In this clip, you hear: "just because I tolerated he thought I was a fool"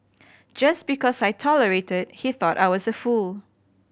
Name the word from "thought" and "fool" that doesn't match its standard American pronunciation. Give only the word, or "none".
none